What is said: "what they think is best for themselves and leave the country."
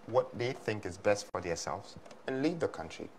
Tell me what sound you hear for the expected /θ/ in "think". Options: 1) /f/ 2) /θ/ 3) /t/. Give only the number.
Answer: 2